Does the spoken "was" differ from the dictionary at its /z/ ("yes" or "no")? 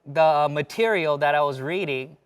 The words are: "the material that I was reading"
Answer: no